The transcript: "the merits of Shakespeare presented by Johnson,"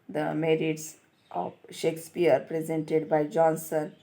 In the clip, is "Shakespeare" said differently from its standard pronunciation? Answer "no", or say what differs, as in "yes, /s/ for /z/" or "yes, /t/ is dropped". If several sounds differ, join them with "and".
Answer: no